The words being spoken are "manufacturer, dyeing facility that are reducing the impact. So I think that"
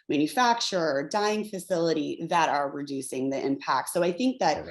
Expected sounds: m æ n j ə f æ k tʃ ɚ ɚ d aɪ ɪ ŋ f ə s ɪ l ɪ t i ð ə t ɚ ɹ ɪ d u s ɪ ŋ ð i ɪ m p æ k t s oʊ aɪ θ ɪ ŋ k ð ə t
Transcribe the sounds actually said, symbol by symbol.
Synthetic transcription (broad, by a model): m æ n j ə f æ k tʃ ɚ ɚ d aɪ ɪ ŋ f ə s ɪ l ɪ t i ð ə t ɚ ɹ ɪ d u s ɪ ŋ ð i ɪ m p æ k t s oʊ aɪ θ ɪ ŋ k ð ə t